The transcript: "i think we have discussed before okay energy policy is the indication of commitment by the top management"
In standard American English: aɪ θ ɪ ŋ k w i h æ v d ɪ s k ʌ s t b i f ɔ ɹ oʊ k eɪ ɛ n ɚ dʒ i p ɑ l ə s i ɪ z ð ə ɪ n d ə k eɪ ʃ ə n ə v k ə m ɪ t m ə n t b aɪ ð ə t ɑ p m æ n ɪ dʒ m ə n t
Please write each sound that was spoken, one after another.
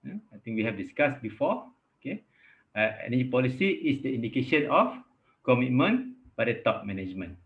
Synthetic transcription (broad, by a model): aɪ t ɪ ŋ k w i h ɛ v d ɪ s k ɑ s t b i f ɔ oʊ k eɪ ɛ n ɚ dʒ i p ɑ l ə s i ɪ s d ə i n d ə k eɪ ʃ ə n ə f k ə m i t m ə n b aɪ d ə t ɑ p m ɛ n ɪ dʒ m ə n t